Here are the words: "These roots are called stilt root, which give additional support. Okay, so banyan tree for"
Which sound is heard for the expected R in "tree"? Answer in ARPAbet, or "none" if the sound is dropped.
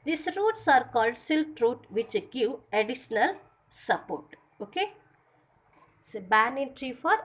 R